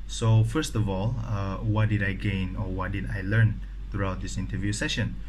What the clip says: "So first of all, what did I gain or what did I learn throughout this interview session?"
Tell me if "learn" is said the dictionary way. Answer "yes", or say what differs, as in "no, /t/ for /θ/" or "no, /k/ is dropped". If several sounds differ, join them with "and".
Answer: yes